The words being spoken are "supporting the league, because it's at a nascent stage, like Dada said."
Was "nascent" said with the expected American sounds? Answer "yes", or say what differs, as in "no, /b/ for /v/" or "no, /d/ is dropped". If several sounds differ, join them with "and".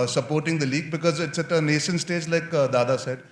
no, /ʃ/ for /s/